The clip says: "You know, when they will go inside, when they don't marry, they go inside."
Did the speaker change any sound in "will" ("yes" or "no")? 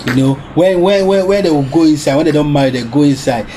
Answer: yes